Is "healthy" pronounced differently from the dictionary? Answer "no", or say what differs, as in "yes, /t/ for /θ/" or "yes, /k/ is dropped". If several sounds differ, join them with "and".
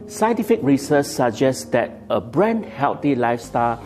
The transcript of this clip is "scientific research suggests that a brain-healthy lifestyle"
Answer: yes, /t/ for /θ/